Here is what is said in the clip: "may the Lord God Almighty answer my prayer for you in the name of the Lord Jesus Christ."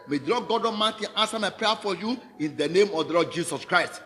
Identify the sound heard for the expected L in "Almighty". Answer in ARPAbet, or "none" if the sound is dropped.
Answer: none